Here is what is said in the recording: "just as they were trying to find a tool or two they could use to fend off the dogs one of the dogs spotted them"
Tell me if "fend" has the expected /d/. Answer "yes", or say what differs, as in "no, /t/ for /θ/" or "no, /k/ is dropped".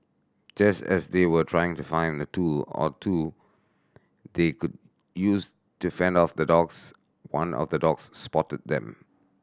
yes